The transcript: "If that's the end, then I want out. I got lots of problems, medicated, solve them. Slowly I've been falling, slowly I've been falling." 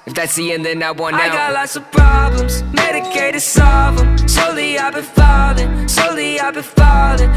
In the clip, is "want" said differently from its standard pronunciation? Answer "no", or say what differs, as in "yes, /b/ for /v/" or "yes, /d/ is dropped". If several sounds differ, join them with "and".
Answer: yes, /t/ is dropped